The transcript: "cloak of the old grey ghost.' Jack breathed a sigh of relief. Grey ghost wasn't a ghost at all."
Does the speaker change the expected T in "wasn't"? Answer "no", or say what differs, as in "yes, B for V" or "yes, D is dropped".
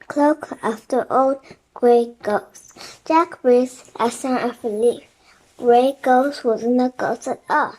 yes, T is dropped